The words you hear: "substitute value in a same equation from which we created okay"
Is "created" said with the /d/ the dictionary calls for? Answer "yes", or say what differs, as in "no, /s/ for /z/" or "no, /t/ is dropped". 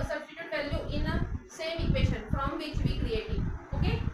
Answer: no, /d/ is dropped